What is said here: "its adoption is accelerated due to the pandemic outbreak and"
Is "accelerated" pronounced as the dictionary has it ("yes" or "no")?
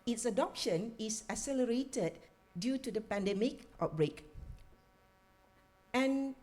no